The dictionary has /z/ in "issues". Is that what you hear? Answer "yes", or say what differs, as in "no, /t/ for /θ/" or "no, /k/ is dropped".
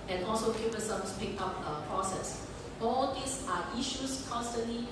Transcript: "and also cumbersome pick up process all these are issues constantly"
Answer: no, /s/ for /z/